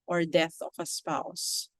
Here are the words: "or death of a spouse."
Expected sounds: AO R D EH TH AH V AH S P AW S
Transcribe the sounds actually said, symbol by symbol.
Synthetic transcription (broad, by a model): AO R D EH TH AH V AH S P AW S